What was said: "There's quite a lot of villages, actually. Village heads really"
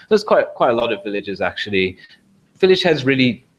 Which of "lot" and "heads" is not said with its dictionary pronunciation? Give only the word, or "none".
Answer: none